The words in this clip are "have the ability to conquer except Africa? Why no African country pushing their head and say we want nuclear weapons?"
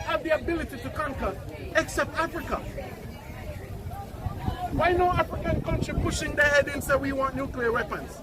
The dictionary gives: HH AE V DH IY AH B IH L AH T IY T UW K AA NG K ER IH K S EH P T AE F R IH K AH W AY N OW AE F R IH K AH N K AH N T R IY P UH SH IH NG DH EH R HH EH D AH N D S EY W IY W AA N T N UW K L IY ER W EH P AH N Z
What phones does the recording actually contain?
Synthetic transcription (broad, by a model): HH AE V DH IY AH B IH L AH T IY T UW K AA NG K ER IH K S EH P T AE F R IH K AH W AY N OW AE F R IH K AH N K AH N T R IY P UH SH IH NG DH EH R HH EH D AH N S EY W IY W AA N T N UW K L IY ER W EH P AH N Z